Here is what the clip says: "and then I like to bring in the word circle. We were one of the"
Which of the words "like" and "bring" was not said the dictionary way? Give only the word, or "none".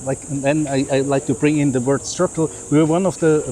none